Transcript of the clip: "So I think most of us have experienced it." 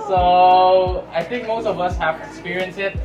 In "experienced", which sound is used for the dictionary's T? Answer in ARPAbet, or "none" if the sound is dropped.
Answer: none